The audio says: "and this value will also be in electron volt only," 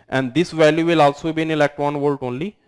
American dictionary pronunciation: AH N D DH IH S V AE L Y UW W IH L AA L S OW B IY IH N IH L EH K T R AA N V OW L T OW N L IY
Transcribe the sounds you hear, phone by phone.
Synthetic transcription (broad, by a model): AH N D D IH S V AE L Y UW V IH L AA L S OW B IY IH N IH L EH K T AA N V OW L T OW N L IY